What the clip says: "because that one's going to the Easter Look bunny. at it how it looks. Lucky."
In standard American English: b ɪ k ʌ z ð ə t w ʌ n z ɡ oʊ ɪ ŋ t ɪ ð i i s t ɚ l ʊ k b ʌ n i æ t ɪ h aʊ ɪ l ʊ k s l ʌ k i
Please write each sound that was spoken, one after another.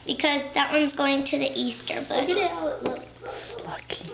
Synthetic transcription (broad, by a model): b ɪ k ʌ z ð ə t w ʌ n z ɡ oʊ ɪ ŋ t ɪ ð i i s t ɚ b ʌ i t ɪ ɪ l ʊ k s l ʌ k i